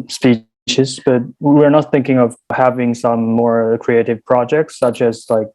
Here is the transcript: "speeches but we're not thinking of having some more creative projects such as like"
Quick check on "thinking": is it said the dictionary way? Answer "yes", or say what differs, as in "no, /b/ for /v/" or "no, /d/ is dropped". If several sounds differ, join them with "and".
yes